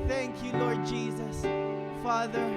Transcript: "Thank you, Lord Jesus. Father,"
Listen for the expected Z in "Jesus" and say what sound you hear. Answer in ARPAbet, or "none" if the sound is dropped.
Z